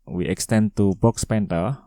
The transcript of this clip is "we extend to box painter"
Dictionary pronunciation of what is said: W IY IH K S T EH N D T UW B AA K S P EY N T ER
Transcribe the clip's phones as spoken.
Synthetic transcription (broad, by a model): W IY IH K S T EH N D T UW B AA K S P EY N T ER